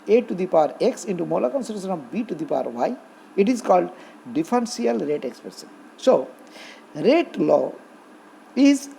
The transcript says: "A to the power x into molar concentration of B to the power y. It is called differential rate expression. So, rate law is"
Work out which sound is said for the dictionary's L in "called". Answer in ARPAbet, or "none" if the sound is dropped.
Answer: L